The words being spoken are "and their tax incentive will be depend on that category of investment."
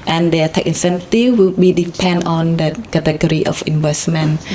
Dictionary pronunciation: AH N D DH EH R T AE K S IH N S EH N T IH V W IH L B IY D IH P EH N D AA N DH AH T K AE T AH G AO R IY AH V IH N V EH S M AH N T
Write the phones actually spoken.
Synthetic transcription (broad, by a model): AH N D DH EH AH T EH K IH N S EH N T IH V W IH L B IY D IH P EH N D AA N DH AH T K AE T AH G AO R IY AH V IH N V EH S M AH N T